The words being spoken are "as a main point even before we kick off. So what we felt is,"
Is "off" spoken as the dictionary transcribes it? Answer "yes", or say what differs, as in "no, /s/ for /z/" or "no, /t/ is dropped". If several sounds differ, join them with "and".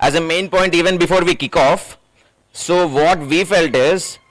yes